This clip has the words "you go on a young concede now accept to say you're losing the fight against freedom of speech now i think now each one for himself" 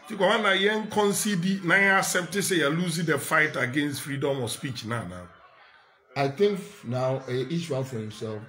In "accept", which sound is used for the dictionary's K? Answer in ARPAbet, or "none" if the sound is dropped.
none